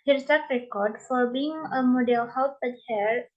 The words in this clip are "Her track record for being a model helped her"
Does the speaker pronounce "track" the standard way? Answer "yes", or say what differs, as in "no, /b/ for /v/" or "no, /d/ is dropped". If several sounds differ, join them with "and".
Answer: no, /ɹ/ is dropped